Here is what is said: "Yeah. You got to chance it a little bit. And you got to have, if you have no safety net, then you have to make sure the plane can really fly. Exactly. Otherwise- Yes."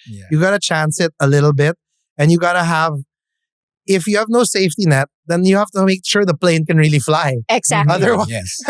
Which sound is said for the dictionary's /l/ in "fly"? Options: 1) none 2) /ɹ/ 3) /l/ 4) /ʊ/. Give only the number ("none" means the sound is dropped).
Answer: 3